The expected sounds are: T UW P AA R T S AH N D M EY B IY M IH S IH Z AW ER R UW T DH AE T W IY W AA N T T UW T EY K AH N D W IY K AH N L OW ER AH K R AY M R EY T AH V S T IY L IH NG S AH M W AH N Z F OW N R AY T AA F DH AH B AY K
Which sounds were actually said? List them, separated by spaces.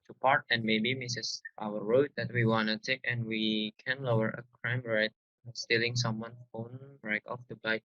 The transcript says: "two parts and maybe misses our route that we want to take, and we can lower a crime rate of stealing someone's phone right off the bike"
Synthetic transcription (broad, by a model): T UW P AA R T AH N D M EY B IY M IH S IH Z AW ER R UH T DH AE T W IY W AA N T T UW T EY K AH N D W IY K AH N L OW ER AH K R AY M R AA AH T S T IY L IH NG S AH M W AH N F OW N R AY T AA F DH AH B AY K